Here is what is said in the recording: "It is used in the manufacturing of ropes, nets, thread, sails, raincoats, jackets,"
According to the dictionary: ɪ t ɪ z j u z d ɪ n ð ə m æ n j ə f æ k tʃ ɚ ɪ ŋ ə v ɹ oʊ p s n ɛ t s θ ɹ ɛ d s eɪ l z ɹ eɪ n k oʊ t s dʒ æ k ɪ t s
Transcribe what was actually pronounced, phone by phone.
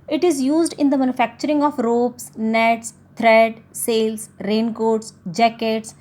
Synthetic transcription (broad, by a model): ɪ t ɪ z j u z d ɪ n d ə m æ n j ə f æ k tʃ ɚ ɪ ŋ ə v ɹ oʊ p s n ɛ t s t ɹ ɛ d s eɪ l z ɹ eɪ n k oʊ t s dʒ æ k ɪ t s